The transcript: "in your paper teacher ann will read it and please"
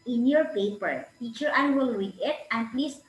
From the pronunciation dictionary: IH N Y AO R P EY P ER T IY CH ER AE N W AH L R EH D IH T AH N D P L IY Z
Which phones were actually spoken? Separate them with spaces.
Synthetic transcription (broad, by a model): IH N Y AO R P EY P ER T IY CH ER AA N W AH L W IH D IH T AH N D P L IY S